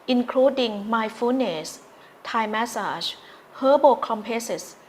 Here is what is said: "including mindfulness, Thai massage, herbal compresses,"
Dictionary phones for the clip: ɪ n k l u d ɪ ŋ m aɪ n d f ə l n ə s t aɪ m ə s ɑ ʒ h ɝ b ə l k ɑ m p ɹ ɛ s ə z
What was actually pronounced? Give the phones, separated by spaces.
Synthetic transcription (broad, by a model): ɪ n k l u d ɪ ŋ m aɪ f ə n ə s t aɪ m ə s ɑ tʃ h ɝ b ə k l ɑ m p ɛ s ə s